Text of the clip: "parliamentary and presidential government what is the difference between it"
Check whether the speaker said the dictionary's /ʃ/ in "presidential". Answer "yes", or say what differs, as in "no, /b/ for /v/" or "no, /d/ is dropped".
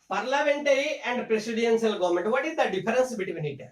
no, /s/ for /ʃ/